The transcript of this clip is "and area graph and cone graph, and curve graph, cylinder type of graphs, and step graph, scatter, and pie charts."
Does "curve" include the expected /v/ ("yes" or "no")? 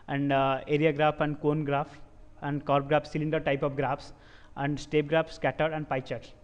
no